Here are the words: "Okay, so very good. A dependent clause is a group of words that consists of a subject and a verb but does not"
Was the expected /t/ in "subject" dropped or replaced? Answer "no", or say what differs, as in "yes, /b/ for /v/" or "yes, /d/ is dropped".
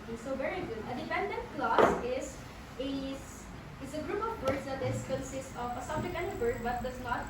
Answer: yes, /t/ is dropped